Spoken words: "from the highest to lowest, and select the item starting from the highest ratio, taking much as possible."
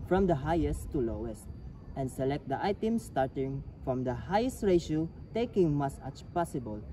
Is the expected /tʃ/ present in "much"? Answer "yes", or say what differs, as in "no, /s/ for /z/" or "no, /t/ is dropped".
no, /s/ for /tʃ/